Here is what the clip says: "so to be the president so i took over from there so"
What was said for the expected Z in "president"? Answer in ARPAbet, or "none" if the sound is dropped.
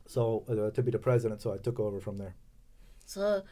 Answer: Z